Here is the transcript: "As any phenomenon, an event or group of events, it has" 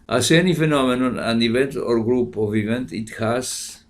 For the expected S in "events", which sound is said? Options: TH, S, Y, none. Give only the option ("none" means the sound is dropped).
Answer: none